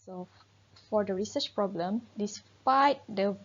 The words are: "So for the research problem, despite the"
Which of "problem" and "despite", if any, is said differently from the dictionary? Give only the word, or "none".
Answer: none